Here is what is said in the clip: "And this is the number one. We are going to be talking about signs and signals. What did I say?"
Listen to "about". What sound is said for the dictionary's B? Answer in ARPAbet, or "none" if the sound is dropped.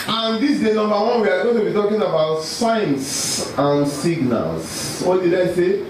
B